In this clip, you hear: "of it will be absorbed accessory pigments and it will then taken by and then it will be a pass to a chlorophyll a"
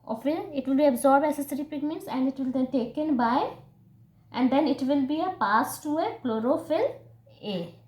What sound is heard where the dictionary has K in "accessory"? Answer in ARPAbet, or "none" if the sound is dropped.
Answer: none